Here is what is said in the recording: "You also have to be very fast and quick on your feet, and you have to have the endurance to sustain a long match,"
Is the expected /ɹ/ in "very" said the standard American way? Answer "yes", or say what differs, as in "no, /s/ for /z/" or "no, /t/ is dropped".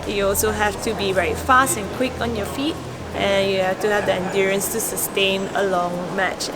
no, /ɹ/ is dropped